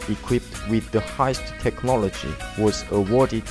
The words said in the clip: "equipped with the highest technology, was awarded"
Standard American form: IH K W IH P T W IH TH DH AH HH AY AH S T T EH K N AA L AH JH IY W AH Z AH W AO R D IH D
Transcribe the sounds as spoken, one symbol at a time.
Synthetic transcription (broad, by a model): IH K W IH P T W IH DH AH HH AY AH S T T EH K N AA L AH JH IY W AH Z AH W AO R D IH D